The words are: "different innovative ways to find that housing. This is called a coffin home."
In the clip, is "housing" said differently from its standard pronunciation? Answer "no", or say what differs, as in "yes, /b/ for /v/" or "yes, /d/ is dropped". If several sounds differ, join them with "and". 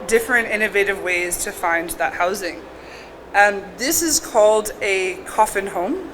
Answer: no